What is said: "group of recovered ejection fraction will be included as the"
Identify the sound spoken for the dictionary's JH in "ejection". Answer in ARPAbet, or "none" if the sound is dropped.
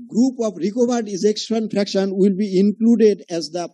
Z